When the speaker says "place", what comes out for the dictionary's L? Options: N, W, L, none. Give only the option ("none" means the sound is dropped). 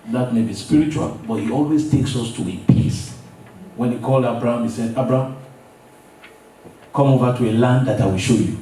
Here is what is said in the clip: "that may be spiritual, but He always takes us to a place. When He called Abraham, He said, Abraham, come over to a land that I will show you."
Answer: none